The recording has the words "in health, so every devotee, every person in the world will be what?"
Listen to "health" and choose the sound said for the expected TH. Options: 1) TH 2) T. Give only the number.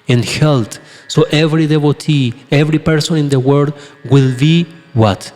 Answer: 2